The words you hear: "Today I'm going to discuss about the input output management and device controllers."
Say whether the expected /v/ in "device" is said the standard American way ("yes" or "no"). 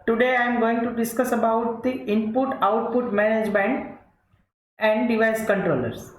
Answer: yes